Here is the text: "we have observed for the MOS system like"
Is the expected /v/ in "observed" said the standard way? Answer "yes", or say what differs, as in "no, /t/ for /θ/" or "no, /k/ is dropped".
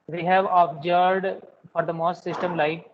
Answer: no, /v/ is dropped